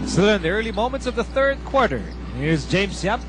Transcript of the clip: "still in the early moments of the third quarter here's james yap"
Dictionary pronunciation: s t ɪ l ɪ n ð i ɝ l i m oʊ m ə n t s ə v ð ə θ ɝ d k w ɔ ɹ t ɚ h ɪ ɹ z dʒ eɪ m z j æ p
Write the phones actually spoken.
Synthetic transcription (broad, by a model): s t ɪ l ɪ n ð i ɝ l i m oʊ m ə n t s ə v ð ə θ ɝ d k w ɔ ɹ t ɚ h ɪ ɹ z dʒ eɪ m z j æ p